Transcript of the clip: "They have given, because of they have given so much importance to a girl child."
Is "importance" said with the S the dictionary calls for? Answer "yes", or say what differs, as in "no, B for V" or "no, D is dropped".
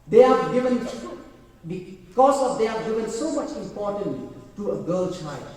no, S is dropped